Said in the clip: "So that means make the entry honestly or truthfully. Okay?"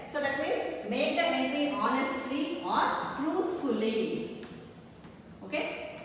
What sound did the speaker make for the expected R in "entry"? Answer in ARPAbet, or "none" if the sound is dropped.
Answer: none